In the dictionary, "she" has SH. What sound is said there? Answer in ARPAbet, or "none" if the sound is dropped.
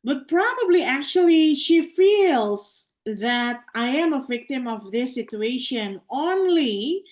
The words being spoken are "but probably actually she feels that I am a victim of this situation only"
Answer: SH